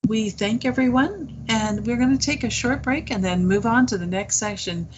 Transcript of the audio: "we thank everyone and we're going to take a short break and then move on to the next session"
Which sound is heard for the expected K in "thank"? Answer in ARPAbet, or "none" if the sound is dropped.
K